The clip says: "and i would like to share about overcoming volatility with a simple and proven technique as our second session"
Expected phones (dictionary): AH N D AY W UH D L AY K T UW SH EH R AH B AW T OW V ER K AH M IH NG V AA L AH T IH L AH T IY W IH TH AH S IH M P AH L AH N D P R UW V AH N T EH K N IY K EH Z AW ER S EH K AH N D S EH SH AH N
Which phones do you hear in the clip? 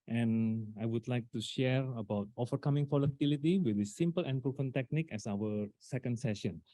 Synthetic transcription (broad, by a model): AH N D AY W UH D L AY K T UW SH EH R AH B AW T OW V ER K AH M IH NG F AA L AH T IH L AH T IY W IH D AH S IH M P AH L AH N P R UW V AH N T EH K N IY K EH S AW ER S EH K AH N D S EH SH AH N